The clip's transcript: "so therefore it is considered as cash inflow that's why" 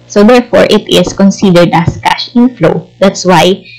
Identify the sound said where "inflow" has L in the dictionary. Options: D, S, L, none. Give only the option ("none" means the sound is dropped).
L